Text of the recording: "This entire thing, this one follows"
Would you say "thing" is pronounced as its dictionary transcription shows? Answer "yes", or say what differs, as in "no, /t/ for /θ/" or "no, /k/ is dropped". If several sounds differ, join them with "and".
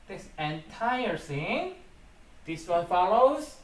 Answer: no, /s/ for /θ/